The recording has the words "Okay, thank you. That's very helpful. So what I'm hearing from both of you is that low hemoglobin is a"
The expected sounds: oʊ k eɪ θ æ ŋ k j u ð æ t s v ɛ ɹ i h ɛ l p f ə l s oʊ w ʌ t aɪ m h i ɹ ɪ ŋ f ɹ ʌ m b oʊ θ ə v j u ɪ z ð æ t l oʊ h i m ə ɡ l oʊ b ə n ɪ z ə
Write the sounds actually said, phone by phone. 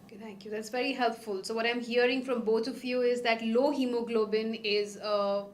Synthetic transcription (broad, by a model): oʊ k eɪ t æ ŋ k j u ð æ t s v ɛ ɹ i h ɛ l p f ə l s oʊ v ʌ t aɪ m h i ɹ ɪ ŋ f ɹ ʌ m b oʊ t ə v j u ɪ z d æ t l oʊ h i m ə ɡ l oʊ b ə n ɪ z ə